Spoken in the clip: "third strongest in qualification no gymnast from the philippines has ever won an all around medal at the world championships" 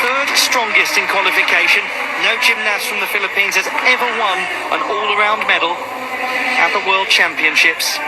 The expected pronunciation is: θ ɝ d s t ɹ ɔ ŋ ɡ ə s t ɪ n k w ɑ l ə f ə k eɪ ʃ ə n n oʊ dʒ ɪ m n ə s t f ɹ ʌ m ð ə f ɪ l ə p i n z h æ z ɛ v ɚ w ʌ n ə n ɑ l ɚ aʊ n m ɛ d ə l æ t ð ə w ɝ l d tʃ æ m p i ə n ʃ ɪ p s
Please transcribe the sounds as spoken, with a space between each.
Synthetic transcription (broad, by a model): θ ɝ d s t ɹ ɔ ŋ ɡ ə s t ɪ n k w ɑ l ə f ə k eɪ ʃ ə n n oʊ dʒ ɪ m n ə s f ɹ ʌ m ð ə f ɪ l ə p i n z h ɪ z ɛ v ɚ w ʌ n ə n ɑ l ɚ aʊ n m ɛ d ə l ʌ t ð ə w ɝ l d tʃ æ m p i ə n ʃ ɪ p s